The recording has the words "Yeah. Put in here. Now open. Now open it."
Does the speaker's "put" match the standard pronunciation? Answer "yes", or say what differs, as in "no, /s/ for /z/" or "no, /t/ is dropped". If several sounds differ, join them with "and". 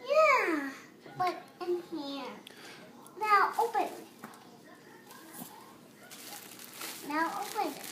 no, /b/ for /p/